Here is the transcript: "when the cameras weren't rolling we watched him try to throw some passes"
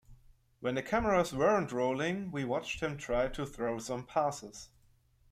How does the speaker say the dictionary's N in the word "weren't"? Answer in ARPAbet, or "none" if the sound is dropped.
N